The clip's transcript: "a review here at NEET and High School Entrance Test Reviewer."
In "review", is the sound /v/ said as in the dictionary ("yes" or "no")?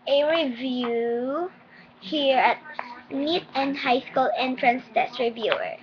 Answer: yes